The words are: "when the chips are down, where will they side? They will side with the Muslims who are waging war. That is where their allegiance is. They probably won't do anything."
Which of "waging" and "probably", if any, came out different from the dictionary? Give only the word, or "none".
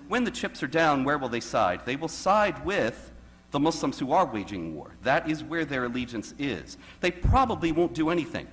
none